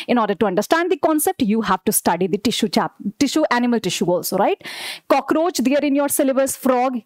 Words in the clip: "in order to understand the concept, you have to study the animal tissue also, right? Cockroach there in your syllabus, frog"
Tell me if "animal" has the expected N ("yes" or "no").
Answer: yes